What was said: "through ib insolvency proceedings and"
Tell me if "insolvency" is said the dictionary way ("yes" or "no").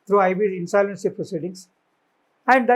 no